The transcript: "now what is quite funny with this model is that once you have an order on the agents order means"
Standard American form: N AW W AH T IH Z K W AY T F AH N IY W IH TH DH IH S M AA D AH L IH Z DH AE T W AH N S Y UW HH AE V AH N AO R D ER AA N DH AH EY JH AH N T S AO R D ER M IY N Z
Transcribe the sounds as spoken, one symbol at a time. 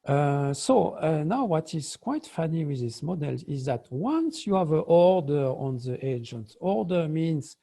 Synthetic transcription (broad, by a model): N AW W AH T IH Z K W AY T F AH N IY W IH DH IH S M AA D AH L IH Z DH AE T W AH N S Y UW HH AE V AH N AO R D ER AA N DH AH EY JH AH N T AO R D ER M IY N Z